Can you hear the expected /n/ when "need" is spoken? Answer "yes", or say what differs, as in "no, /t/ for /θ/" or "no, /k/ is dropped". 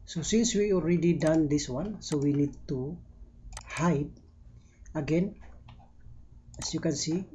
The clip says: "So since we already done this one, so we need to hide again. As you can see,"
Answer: yes